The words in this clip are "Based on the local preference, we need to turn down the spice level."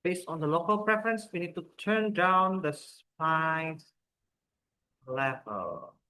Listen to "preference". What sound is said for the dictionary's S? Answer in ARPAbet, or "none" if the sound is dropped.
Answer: S